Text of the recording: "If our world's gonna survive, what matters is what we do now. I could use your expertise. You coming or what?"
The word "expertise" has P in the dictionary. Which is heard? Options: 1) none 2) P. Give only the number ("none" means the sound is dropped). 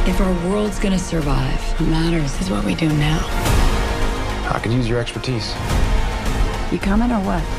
2